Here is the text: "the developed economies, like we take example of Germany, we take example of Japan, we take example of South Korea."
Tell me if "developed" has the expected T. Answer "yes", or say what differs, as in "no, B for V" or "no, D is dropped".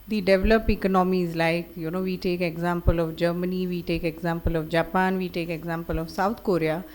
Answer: no, T is dropped